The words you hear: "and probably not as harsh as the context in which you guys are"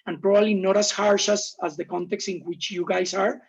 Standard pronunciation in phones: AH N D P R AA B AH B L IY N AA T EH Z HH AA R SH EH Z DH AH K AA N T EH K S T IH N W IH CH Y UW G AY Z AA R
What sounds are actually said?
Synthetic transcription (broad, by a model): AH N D P R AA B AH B L IY N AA T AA S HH AA R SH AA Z DH AH K AA N T EH K S T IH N W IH CH Y UW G AY S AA R